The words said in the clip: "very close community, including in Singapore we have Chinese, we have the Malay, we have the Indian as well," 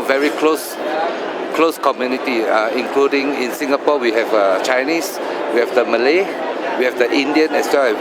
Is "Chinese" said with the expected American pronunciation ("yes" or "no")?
no